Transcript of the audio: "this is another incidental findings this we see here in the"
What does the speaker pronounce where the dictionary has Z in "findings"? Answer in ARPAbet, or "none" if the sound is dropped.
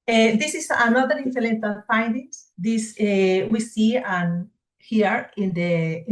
S